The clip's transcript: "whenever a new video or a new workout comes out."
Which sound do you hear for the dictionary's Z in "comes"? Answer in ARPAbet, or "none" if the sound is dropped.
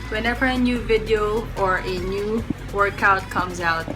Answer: Z